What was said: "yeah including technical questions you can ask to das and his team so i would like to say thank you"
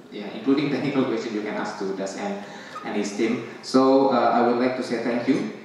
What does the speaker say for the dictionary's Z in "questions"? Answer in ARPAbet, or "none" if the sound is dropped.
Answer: none